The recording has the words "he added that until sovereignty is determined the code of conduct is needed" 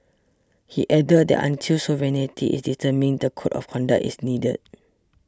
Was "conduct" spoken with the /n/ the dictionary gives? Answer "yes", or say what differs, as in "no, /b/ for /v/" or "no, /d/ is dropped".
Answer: yes